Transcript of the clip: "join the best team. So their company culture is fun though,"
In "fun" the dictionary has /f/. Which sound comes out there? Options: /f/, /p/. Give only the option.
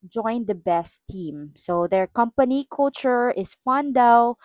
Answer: /f/